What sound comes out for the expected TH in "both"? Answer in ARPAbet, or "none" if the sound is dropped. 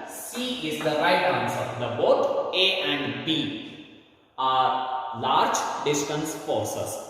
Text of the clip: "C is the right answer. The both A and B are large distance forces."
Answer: T